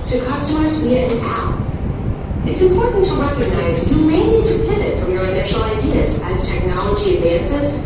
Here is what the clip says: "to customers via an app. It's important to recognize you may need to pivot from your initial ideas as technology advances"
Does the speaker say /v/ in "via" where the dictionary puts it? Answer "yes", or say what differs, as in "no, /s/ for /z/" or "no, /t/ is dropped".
no, /w/ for /v/